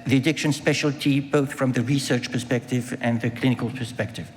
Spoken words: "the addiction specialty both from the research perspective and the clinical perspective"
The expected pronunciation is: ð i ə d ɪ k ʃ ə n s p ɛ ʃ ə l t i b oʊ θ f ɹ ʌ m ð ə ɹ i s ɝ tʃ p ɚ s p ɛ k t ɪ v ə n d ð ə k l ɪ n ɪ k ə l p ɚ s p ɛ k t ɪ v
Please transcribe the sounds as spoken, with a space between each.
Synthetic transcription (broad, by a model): ð i ə d ɪ k ʃ ə n s p ɛ ʃ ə l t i b oʊ θ f ɹ ʌ m ð ə ɹ i s ɝ tʃ p ɚ s p ɛ k t ɪ v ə n ð ə k l ɪ n ɪ k ə l p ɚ s p ɛ k t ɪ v